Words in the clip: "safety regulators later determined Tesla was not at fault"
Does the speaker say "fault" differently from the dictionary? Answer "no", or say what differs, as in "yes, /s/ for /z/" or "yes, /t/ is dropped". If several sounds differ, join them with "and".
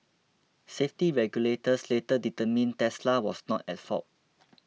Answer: yes, /l/ is dropped